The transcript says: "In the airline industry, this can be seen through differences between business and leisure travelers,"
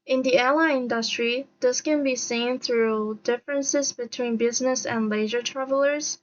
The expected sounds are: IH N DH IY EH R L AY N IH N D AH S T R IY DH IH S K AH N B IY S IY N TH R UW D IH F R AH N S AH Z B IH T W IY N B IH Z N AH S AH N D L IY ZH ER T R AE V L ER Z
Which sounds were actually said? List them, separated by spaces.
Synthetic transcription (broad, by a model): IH N DH IY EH L AY IH N D AH S T R IY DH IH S K AH N B IY S IY N TH R UW D IH F R AH N S AH Z B IH T W IY N B IH Z N AH S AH N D L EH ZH ER T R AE V L ER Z